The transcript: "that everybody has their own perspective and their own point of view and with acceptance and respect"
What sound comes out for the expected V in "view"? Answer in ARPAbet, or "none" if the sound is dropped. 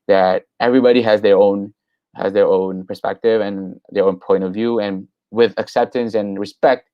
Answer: V